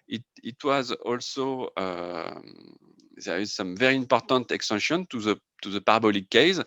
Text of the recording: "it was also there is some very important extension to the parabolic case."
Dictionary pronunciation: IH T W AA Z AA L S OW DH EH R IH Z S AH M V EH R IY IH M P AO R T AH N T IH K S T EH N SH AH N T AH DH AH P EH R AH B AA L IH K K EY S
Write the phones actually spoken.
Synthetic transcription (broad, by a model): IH T W AA Z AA L S OW DH EH R IH Z S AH M V EH R IY IH M P AO R T AH N T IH K S T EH N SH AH N T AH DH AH P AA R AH B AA L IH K K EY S